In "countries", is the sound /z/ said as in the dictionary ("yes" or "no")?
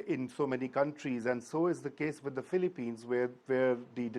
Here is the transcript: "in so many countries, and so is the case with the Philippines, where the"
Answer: yes